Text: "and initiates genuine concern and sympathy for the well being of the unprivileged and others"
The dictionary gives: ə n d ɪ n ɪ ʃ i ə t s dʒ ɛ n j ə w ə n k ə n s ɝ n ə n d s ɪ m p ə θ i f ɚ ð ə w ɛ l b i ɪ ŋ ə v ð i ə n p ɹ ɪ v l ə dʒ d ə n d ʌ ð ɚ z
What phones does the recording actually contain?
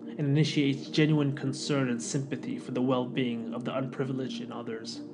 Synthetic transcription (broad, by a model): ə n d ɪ n ɪ ʃ i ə t s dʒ ɛ n j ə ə n k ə n s ɝ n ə n s ɪ m p ə θ i f ɚ ð ə w ɛ l b i ɪ ŋ ə v ð i ə n p ɹ ɪ v l ə dʒ d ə n ʌ ð ɚ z